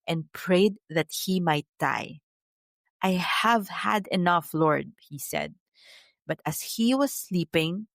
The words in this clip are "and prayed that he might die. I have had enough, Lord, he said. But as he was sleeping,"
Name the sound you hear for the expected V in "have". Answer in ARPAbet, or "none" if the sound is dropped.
V